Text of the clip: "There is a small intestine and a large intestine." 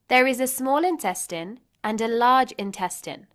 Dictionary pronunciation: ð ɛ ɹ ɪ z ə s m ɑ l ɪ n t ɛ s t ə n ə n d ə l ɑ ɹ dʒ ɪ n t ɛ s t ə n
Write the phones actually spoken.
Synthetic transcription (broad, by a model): ð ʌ ɹ ɪ z ə s m ɑ l ɪ n t ɛ s t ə n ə n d ə l ɑ dʒ ɪ n t ɛ s t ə n